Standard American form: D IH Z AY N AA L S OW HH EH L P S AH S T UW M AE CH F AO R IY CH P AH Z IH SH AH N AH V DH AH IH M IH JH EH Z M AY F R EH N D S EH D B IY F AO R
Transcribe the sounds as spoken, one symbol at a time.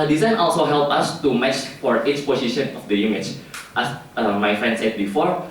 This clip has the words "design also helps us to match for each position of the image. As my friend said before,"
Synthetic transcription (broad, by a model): D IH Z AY N AA L S OW HH EH L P AH S T UW M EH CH F AO R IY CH P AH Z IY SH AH N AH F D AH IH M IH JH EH S M AY F R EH N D S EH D B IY F AO R